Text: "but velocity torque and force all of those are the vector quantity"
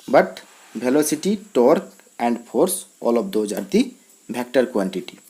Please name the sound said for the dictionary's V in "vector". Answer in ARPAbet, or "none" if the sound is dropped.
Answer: B